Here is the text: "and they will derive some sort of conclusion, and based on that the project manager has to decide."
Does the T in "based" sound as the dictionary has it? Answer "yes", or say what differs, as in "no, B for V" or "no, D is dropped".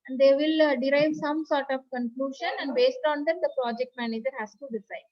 yes